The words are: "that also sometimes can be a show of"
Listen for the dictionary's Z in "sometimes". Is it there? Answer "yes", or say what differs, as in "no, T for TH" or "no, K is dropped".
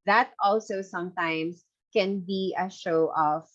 no, S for Z